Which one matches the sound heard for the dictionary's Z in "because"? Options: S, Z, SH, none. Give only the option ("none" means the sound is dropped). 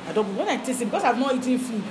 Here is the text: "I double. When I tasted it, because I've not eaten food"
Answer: S